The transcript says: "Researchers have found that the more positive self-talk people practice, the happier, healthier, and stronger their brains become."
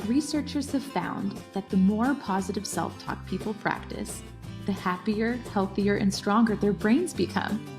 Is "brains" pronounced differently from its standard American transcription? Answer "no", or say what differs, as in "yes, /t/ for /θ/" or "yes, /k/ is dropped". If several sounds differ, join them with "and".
no